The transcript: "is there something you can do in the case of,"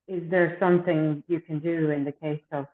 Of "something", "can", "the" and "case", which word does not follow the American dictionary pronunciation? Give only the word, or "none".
none